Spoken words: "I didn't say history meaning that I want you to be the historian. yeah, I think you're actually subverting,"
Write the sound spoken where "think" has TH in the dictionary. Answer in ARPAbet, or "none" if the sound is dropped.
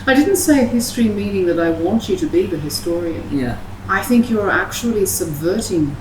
TH